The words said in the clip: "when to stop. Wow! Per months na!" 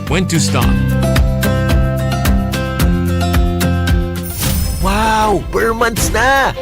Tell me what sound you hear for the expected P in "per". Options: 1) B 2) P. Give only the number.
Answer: 1